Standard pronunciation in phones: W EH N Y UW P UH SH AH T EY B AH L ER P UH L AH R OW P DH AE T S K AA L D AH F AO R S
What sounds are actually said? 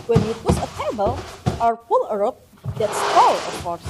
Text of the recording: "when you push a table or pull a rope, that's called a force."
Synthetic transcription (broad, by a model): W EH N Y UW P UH S AH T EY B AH L ER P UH L AH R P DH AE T S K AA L AH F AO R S